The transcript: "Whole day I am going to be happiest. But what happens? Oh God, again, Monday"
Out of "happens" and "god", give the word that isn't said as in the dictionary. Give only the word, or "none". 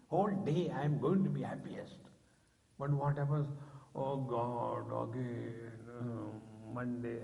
happens